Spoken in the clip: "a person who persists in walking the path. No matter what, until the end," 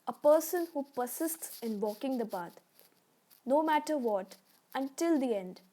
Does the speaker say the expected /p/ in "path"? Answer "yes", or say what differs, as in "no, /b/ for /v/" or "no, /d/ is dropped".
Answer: no, /b/ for /p/